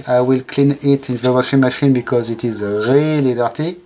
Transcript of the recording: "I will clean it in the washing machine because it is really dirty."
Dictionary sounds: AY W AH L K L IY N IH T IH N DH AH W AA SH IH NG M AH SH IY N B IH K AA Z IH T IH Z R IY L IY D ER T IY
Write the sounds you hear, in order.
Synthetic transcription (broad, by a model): AY W AH L K L IY N IH T IH N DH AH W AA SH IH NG M AH SH IY N B IH K AA Z IH T IH Z R IY L IY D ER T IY